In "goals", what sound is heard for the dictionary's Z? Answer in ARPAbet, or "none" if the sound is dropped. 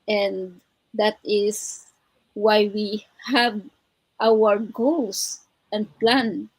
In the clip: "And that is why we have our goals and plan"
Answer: S